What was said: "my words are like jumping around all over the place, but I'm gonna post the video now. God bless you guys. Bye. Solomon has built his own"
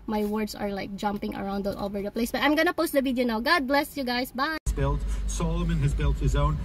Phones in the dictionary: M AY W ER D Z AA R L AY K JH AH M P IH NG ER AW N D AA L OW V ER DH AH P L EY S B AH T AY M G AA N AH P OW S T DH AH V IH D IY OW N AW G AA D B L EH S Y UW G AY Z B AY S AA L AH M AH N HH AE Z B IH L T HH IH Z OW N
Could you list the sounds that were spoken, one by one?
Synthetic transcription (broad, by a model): M AY W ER D S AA R L AY K JH AH M P IH NG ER AW N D AA L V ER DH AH P L EY S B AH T AY M G AA N AH P OW S T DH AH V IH D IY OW N AW G AA D B L EH S Y UW G AY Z B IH S AA L AH M AH N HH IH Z B IH L T HH IH Z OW N